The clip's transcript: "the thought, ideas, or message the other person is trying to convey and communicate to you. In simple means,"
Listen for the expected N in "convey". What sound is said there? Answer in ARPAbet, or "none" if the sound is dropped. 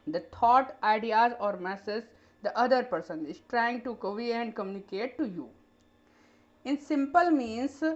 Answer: none